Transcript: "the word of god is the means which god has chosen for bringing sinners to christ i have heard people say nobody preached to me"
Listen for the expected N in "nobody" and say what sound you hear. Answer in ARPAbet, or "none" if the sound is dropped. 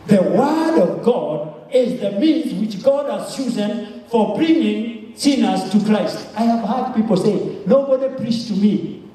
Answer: N